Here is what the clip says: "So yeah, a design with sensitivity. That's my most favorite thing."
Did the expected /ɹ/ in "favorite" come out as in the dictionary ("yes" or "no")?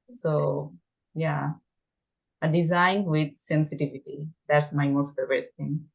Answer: no